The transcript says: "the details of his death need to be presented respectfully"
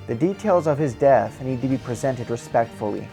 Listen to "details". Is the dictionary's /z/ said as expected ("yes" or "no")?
yes